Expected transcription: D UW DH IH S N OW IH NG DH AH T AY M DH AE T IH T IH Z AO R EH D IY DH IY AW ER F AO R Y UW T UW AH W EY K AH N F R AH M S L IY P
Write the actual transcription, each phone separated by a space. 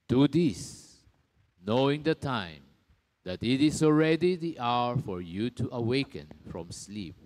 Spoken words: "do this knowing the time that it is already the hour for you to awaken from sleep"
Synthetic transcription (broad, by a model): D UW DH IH S N OW IH NG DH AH T AY M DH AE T IH T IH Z AO R EH D IY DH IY AW ER F AO R Y UW T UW AH W EY K AH N F R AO M S L IY P